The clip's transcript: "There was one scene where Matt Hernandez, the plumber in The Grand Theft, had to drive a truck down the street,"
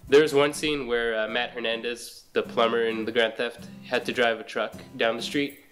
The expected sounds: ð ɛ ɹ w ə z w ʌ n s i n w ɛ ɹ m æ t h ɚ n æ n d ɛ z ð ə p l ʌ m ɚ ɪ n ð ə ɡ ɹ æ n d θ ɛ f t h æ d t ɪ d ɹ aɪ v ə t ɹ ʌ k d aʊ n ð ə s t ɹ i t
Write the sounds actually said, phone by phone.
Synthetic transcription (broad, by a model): ð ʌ ɹ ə z w ʌ n s i n w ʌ ɹ m æ t h ɚ n æ n d ɛ z ð ə p l ʌ m ɚ ɪ n ð ə ɡ ɹ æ n θ ɛ f t h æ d t ɪ d ɹ aɪ v ə t ɹ ʌ k d aʊ n ð ə s t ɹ i t